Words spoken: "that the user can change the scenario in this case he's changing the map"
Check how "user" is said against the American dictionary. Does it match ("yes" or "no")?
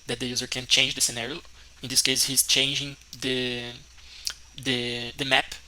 yes